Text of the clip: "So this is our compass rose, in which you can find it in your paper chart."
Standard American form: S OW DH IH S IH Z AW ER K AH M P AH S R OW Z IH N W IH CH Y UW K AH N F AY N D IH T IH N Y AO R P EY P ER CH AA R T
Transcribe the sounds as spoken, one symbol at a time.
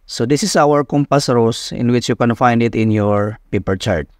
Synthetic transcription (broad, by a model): S OW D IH S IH S AW ER K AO M P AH S R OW S IH N W IH CH Y UW K AH N F AY N D IH T IH N Y AO R P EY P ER CH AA R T